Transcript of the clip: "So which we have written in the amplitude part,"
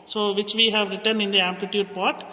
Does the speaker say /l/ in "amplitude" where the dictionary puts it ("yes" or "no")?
no